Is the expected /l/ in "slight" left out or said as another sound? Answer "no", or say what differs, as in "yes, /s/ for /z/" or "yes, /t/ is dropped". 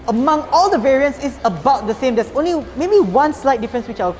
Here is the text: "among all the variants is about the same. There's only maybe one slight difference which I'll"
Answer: no